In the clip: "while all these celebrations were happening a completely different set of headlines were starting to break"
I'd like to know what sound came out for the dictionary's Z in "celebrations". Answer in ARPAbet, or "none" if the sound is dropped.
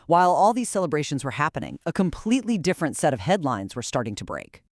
Z